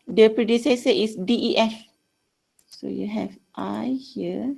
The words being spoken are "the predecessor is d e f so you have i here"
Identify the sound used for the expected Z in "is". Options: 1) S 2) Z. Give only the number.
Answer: 1